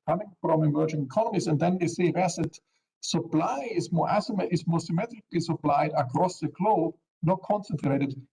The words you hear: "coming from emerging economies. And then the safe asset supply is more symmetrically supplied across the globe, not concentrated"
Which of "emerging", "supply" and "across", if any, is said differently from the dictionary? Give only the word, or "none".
none